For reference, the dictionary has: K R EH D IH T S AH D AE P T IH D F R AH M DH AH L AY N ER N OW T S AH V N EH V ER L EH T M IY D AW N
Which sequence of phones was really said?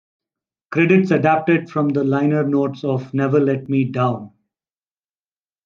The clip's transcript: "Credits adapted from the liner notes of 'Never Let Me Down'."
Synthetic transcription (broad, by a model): K R EH D IH T S AH D AE P T IH D F R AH M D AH L AY N ER N OW T S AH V N EH V ER L EH T M IY D AW N